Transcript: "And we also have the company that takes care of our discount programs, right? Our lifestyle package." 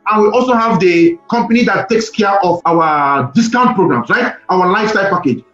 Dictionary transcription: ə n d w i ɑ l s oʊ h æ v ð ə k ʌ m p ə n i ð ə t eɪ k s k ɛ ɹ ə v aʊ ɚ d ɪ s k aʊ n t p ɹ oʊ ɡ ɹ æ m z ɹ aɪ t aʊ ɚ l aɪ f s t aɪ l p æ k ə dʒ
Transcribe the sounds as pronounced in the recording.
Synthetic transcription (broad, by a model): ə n w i ɑ l s oʊ h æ v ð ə k ʌ m p ə n i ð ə t eɪ k s k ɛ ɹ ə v aʊ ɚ d ɪ s k aʊ n t p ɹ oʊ ɡ ɹ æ m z ɹ aɪ t aʊ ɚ l aɪ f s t aɪ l p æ k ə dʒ